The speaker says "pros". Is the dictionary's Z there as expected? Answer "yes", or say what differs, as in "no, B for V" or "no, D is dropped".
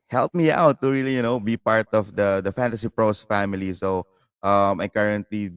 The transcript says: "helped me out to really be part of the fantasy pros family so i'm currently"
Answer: no, S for Z